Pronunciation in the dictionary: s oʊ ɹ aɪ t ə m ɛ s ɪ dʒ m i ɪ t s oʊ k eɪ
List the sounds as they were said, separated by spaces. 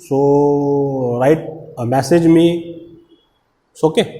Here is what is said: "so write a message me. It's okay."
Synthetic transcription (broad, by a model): s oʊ ɹ aɪ t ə m ɛ s ɪ dʒ m i s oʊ k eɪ